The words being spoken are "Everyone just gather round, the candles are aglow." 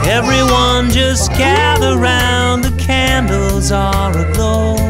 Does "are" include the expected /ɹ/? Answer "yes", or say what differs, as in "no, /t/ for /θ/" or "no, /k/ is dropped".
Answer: no, /l/ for /ɹ/